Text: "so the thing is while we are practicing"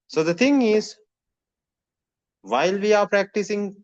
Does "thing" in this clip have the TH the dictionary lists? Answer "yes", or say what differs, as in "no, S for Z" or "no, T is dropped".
no, T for TH